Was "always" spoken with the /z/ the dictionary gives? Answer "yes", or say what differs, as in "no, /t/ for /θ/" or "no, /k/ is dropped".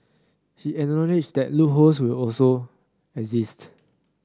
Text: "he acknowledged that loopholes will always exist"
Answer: no, /z/ is dropped